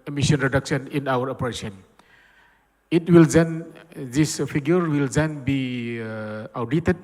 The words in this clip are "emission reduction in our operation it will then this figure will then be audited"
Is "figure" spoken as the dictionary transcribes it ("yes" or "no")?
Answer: no